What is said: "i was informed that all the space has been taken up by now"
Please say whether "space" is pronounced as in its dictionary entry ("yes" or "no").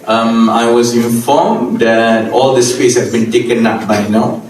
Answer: no